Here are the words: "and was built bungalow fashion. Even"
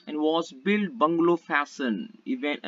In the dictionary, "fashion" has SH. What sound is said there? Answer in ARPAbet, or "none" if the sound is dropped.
S